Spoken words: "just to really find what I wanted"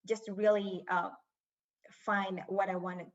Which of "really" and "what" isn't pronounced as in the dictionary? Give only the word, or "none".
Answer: really